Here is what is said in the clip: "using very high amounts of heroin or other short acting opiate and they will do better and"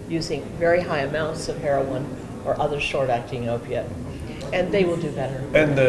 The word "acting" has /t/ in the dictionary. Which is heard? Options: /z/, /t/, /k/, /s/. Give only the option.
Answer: /t/